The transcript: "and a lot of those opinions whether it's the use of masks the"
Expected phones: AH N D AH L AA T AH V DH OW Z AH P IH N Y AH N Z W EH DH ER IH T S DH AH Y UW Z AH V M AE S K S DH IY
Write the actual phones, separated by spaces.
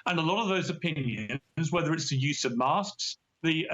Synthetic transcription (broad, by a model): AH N AH L AA T AH V DH OW Z AH P IH N Y AH N Z W EH DH ER IH T S DH AH Y UW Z AH V M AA S K S DH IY